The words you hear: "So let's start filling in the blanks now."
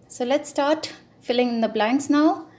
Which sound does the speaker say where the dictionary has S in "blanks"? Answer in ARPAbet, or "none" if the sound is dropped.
S